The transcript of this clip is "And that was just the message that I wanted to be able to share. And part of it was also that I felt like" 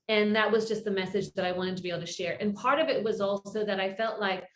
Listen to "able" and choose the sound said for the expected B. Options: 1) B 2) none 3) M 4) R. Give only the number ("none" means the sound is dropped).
2